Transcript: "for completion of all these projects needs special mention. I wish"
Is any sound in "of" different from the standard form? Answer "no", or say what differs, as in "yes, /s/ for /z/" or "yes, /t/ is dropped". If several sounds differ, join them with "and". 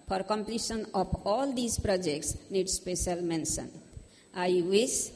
yes, /p/ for /v/